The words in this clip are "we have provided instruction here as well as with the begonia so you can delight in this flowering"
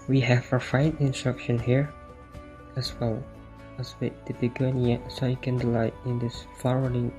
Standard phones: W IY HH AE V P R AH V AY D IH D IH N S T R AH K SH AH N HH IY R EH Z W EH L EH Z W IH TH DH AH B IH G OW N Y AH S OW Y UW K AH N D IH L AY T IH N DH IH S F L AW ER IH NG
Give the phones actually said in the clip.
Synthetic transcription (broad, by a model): W IY HH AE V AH F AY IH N IH N S T R AH K SH AH N HH IY R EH S W EH L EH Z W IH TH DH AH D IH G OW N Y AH S OW Y UW K AH N D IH L AY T IH N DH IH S F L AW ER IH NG